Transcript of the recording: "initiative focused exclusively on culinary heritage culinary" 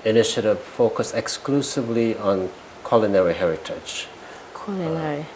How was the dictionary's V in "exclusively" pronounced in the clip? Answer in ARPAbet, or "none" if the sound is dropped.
V